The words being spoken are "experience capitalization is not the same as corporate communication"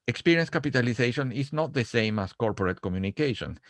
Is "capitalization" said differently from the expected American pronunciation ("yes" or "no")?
yes